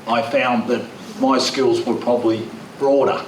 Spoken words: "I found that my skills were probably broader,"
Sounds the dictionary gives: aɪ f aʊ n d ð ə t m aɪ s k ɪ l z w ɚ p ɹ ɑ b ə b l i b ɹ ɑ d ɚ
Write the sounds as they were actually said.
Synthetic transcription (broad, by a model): aɪ f aʊ n ð ə t m aɪ s k ɪ l z w ɚ p ɹ ɑ b ə b l i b ɹ ɑ d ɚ